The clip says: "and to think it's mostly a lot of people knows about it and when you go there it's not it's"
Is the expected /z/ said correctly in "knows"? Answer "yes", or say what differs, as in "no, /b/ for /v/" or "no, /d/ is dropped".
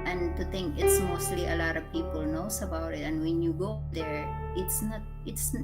no, /s/ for /z/